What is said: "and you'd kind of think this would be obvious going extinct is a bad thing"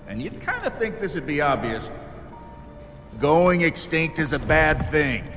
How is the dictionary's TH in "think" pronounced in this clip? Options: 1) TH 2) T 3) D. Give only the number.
1